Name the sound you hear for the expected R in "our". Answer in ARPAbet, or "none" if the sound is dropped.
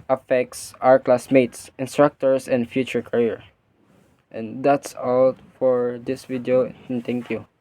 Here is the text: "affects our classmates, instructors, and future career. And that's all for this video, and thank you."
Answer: R